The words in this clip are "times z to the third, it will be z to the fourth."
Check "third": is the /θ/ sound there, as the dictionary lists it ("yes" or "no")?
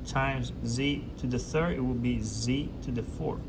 yes